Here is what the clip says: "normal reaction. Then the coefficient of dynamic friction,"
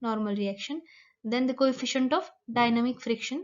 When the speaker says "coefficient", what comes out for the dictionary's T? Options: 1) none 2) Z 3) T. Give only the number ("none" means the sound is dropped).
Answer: 3